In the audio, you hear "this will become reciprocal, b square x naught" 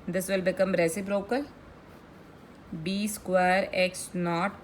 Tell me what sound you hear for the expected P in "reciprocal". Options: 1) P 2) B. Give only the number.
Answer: 2